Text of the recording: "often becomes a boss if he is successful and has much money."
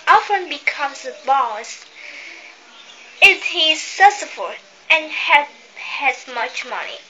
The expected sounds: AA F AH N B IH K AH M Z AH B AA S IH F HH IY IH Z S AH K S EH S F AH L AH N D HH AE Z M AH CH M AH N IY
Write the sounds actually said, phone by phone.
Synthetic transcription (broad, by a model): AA F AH N B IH K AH M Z AH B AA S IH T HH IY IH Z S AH S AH F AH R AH N HH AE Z M AH CH M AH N IY